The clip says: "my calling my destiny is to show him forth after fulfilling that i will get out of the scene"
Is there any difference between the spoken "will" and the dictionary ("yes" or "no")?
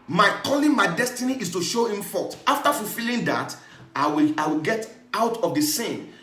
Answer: yes